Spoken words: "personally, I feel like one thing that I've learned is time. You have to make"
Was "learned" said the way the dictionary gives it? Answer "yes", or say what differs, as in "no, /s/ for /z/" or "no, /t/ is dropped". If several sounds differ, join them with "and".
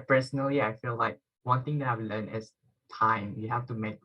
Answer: no, /d/ is dropped